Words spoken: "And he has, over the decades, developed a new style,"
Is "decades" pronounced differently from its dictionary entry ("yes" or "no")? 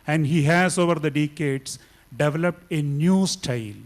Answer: yes